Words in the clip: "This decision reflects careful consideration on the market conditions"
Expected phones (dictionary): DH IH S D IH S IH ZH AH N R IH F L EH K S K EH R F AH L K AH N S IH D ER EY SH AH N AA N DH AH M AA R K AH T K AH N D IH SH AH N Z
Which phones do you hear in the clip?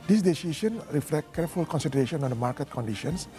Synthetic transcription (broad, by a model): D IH S D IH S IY SH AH N R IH F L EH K K EH R F AH L K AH N S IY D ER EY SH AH N AA N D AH M AA R K AH T K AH N D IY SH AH N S